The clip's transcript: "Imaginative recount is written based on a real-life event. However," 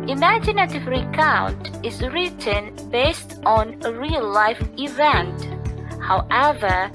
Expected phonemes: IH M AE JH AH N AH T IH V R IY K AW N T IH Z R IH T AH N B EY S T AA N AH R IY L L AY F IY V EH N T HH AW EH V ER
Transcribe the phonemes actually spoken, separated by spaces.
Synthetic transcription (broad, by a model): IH M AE JH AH N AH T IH V R IY K AW N T IH Z R IH T AH N B EY S T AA N AH R IY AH L AY F IY V EH N T HH AW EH V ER